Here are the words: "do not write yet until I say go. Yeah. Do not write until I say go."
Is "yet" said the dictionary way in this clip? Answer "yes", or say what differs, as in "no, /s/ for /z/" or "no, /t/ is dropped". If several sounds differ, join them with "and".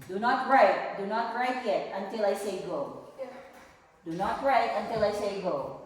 yes